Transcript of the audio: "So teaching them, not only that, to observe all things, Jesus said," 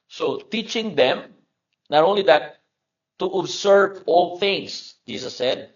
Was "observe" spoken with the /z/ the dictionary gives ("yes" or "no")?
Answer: no